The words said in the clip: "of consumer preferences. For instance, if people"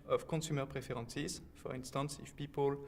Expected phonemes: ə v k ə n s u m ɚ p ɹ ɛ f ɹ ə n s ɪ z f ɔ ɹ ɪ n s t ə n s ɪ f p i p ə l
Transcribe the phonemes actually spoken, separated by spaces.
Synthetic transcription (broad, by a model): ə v k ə s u m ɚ p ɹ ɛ f ɹ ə s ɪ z f ɔ ɹ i n s t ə n s ɪ f p i p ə l